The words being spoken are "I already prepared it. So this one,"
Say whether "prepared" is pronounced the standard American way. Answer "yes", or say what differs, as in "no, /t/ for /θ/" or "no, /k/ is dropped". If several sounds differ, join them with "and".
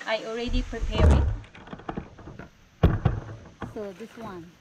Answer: no, /d/ is dropped